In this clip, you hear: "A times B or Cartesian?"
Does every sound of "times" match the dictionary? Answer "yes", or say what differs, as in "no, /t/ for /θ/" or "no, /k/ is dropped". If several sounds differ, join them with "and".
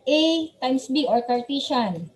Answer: no, /s/ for /z/